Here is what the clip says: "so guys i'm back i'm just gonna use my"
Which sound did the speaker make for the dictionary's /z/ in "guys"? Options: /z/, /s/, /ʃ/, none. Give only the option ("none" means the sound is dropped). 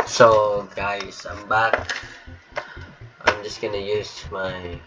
/s/